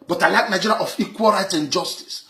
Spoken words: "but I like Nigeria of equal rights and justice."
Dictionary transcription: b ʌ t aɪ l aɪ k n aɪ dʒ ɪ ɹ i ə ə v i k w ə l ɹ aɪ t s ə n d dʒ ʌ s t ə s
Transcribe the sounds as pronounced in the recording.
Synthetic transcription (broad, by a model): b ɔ t aɪ l aɪ k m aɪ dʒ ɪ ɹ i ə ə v i k w ə l ɹ aɪ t ə n dʒ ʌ s t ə s